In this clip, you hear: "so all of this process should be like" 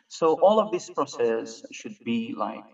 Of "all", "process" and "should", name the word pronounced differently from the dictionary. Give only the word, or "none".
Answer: none